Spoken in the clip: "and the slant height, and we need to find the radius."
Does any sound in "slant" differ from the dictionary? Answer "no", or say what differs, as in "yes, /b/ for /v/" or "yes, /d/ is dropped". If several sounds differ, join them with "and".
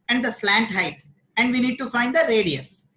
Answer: no